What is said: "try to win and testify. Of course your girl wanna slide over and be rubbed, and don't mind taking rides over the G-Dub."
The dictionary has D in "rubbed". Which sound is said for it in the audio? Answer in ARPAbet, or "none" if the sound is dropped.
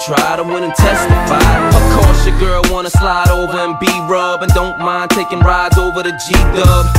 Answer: none